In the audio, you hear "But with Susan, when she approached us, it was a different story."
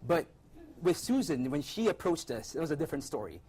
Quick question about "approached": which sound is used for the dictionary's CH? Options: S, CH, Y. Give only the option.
CH